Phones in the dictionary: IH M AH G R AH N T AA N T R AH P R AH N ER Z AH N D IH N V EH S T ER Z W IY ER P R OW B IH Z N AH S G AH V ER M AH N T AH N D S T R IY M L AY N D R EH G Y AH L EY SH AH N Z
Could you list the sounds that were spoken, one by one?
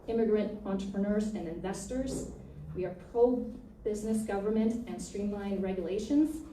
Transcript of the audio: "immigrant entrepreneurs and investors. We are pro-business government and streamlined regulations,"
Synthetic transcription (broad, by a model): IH M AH G R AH N T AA N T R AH P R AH N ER Z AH N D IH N V EH S T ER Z W IY ER P R OW B IH Z N AH S G AH V ER M AH N T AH N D S T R IY M L AY N R EH G Y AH L EY SH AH N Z